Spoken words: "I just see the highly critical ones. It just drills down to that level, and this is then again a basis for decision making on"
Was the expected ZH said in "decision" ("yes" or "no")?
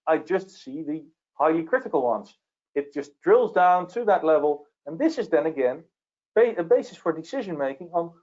yes